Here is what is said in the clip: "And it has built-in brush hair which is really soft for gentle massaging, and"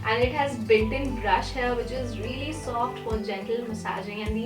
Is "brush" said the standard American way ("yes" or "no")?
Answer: yes